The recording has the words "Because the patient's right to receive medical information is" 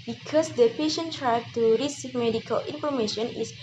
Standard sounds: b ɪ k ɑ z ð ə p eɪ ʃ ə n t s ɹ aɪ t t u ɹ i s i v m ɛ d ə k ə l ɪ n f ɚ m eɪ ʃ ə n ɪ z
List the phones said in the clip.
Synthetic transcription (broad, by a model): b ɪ k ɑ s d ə p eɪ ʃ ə n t ɹ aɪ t t u ɹ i s i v m ɛ d ə k ə l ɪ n f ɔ m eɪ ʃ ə n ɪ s